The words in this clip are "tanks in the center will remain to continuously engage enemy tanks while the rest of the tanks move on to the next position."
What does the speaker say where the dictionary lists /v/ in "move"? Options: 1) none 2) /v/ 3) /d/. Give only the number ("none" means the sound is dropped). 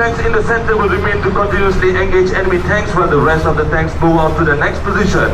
1